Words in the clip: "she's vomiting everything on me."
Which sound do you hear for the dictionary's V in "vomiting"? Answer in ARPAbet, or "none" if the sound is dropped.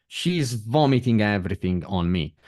V